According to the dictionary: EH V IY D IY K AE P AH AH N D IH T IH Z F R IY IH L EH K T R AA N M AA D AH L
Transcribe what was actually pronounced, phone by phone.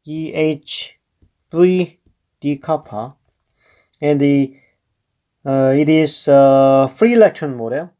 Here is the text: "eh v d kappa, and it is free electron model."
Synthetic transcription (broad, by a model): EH B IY D IY K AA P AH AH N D IH T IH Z F R IY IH L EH K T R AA N M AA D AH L